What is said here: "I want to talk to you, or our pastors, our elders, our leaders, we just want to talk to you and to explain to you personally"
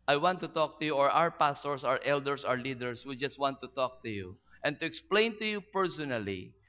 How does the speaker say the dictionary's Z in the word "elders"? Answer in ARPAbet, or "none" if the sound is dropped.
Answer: S